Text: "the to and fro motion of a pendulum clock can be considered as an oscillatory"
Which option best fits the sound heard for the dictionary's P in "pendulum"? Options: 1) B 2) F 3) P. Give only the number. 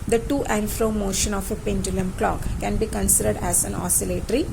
3